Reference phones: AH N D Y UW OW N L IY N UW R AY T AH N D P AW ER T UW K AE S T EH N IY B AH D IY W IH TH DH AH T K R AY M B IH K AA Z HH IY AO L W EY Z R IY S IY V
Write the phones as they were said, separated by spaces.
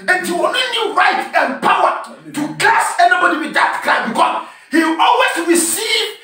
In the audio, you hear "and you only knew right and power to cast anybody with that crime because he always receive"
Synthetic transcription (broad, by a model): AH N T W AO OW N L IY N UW R AY T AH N P AW ER T UW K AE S EH N IY B AH D IY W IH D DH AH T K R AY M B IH K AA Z HH IY AO L W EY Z R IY S IY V